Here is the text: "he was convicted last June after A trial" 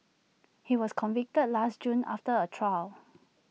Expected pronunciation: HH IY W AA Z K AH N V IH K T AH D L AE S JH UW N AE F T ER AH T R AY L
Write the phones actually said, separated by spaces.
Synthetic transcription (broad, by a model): HH IY W AA S K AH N V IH K T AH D L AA S JH UW N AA F T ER AH T R AY L